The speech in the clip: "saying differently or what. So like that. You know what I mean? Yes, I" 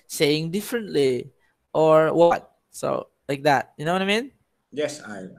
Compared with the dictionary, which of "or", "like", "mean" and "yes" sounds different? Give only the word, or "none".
none